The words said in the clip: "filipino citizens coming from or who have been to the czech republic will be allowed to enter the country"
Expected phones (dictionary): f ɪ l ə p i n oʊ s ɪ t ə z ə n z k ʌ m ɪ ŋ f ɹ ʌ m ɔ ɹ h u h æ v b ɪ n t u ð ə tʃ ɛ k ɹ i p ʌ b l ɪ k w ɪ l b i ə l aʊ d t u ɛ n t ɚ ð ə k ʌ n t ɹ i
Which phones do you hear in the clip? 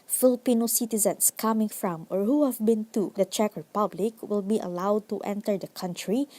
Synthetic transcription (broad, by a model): f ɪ l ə p i n oʊ s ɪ t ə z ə n s k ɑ m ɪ ŋ f ɹ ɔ m ɔ ɹ h u h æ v b ɪ n t u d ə tʃ ɛ k ɹ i p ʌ b l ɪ k w ɪ l b i ə l aʊ d t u ɛ n t ɚ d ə k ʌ n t ɹ i